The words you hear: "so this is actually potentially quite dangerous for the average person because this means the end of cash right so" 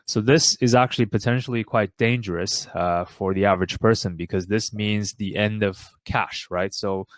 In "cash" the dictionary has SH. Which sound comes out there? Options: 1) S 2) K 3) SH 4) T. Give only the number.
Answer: 3